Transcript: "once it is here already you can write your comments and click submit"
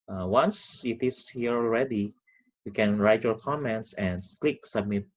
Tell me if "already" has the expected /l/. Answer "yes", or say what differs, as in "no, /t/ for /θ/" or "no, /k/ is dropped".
yes